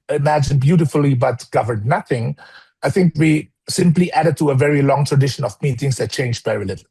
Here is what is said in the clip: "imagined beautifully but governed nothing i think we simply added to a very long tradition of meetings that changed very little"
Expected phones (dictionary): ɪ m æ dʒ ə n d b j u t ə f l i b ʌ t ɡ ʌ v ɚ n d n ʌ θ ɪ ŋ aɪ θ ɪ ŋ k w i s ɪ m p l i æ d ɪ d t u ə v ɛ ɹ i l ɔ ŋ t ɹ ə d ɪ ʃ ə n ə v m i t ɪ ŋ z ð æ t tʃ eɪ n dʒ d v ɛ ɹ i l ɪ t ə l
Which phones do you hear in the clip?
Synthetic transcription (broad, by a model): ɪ m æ dʒ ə n b j u t ə f l i b ʌ t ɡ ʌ v ɚ d n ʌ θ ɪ ŋ aɪ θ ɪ ŋ k w i s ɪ m p l i æ d ɪ d t u ə v ɛ ɹ i l ɔ ŋ t ɹ ə d ɪ ʃ ə n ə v m i t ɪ ŋ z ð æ t tʃ eɪ n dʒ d v ɛ ɹ i l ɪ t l